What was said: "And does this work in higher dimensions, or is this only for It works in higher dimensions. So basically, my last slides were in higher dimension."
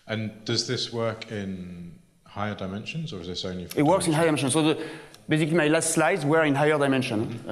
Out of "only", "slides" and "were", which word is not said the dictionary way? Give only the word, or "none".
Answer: only